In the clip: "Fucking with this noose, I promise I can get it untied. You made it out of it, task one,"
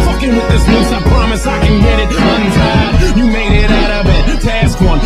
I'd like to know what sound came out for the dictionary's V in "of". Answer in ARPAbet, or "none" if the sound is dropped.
B